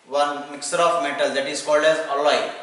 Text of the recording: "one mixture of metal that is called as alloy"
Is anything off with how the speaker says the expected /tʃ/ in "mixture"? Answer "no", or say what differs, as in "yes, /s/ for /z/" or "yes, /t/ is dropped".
yes, /tʃ/ is dropped